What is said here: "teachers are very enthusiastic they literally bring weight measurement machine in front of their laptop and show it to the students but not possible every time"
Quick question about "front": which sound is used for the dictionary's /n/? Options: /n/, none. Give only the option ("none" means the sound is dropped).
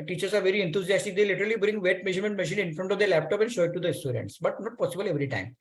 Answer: /n/